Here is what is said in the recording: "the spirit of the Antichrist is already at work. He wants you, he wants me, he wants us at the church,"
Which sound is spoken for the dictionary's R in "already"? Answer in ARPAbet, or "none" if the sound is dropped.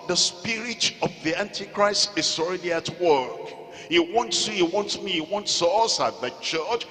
R